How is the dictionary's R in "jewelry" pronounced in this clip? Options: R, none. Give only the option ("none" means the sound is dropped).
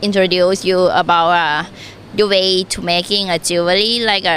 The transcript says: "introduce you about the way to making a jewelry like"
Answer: none